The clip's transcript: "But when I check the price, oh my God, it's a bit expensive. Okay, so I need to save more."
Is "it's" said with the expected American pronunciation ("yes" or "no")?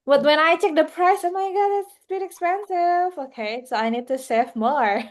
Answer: no